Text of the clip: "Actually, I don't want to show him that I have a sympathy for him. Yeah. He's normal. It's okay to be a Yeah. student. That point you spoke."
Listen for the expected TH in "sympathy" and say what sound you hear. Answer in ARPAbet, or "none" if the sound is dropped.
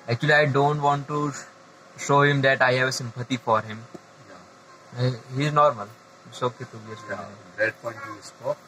T